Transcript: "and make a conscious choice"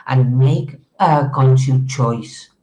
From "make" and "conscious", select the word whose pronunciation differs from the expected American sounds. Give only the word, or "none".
conscious